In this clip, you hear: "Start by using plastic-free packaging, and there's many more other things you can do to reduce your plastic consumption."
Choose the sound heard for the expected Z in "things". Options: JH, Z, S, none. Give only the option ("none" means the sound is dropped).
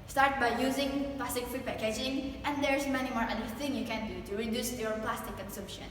none